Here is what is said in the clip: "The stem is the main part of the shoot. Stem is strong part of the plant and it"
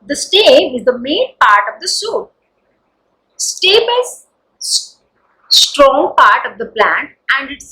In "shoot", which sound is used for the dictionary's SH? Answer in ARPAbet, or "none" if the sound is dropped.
S